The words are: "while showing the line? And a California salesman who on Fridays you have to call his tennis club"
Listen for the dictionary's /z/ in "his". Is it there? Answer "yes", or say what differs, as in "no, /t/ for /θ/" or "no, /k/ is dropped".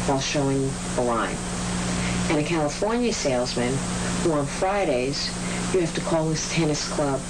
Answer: no, /s/ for /z/